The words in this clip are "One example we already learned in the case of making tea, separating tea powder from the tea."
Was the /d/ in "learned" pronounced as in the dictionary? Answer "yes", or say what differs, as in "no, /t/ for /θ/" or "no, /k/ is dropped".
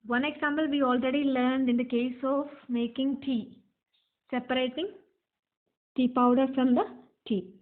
yes